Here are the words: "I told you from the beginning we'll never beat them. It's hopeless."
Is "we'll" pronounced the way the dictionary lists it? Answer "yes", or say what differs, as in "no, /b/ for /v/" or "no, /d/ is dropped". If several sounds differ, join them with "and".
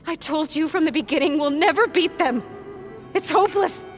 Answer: yes